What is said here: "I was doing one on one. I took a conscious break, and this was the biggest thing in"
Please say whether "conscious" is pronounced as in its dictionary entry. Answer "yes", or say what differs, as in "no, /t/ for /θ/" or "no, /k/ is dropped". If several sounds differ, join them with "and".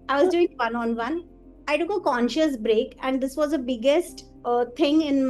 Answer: yes